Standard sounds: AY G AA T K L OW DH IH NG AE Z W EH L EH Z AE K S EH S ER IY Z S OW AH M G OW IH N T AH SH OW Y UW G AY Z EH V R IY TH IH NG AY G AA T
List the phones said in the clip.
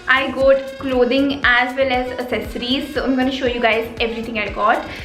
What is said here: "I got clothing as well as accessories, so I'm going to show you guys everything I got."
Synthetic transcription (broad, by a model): AY G AA T K L OW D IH NG AE Z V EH L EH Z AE S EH S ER IY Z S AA AH M G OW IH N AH SH OW Y UW G AY Z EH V R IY T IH NG AY G AA T